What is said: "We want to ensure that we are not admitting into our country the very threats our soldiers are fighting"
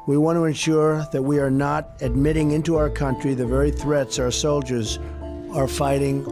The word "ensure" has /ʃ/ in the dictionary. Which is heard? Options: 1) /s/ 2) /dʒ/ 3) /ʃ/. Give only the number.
3